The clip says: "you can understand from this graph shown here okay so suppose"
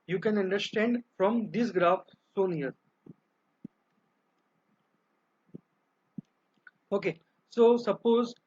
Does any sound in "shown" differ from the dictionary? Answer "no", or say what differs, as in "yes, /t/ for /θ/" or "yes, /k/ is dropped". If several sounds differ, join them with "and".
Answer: yes, /s/ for /ʃ/